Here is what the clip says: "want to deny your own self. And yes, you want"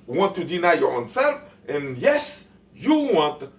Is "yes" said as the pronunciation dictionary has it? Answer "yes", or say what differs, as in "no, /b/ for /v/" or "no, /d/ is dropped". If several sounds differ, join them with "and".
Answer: yes